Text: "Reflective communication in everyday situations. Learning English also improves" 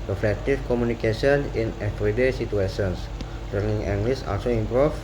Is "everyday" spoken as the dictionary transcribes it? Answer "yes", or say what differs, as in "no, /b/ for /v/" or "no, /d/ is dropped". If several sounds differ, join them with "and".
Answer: no, /f/ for /v/